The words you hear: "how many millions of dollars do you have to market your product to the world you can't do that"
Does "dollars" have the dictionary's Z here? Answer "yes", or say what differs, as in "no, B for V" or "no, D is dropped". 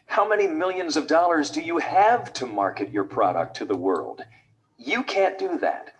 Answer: yes